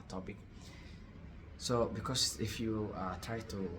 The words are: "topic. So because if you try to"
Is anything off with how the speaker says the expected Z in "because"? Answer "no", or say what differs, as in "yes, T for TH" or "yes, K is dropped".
yes, S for Z